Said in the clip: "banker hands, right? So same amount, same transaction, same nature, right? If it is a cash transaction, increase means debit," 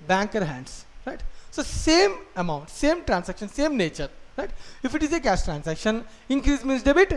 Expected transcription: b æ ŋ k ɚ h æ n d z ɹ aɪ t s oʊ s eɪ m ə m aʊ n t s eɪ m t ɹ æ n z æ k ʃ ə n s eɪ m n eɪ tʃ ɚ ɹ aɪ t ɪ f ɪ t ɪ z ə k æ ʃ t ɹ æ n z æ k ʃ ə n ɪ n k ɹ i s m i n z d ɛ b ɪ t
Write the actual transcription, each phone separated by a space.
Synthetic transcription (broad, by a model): b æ ŋ k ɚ h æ n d s ɹ aɪ t s oʊ s eɪ m ə m aʊ n t s eɪ m t ɹ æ n s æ k ʃ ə n s eɪ m n eɪ tʃ ɚ ɹ aɪ t ɪ f ɪ t ɪ z ə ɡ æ s t ɹ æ n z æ k ʃ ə n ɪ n k ɹ i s m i n s d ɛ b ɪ t